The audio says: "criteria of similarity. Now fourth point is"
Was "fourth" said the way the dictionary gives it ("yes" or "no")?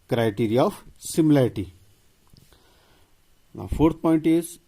no